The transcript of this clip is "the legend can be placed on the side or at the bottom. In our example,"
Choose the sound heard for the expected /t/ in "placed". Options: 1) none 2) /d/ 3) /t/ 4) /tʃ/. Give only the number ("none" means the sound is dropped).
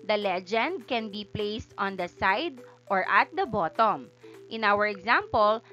3